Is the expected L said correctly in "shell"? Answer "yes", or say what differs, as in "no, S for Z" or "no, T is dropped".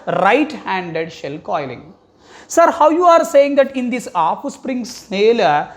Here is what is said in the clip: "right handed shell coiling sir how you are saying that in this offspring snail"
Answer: yes